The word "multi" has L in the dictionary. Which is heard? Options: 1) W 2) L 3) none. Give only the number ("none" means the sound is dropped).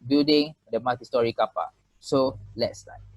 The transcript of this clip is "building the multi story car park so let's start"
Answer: 3